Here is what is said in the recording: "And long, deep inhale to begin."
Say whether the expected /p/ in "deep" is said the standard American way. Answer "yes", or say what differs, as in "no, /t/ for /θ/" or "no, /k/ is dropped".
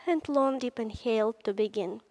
yes